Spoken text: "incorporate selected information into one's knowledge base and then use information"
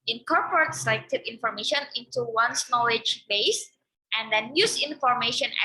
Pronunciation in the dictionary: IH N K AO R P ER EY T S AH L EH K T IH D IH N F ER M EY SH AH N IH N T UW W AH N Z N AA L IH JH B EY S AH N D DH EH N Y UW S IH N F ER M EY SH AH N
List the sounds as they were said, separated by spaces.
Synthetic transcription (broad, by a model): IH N K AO R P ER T S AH IH T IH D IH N F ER M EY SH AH N IH N T UW W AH N S N AA L IH JH B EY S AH N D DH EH N Y UW S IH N F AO M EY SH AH N